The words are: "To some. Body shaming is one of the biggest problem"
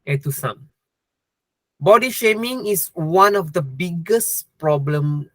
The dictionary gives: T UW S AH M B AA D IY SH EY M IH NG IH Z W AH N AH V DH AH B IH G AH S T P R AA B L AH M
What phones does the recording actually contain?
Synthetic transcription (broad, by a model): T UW S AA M B AA D IY SH EY M IH NG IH S W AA N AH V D AH B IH G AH S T P R AA B L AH M